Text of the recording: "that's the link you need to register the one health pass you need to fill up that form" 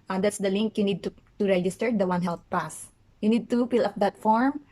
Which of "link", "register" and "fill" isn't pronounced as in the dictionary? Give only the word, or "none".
fill